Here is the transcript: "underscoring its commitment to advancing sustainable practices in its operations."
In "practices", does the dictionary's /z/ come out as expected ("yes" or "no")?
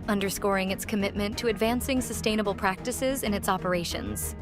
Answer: yes